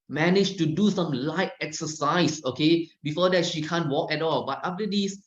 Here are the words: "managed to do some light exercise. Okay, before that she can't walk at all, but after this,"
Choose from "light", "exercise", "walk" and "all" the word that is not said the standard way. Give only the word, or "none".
exercise